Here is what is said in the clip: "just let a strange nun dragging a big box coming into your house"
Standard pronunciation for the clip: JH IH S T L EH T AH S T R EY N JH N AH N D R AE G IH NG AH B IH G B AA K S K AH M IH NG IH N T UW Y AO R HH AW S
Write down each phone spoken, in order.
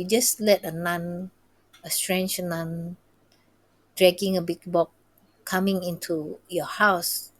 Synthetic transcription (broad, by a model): JH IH S L EH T AH S T R EY N JH N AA N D R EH G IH NG AH B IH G B AA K K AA M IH NG IH N T UW Y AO HH AW S